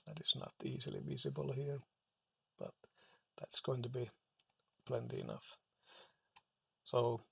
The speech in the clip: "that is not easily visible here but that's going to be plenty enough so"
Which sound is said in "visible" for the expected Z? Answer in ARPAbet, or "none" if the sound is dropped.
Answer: Z